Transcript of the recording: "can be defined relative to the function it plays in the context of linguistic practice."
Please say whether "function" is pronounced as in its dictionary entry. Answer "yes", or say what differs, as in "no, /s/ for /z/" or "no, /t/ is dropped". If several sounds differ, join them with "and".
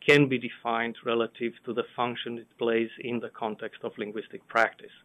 yes